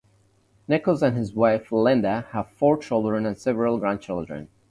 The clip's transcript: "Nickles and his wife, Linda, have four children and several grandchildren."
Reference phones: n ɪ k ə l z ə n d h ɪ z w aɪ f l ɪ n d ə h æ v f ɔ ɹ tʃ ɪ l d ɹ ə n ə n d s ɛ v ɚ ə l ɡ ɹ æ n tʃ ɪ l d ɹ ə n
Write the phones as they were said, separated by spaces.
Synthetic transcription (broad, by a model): n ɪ k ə l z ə n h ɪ z w aɪ f l ɪ n d ə h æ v f ɔ ɹ tʃ ɪ l d ɹ ə n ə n s ɛ v ɚ ə l ɡ ɹ æ n tʃ ɪ l d ɹ ə n